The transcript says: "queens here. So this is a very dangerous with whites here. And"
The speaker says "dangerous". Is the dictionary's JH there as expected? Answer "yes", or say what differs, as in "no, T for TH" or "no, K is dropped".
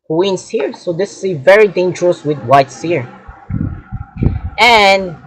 yes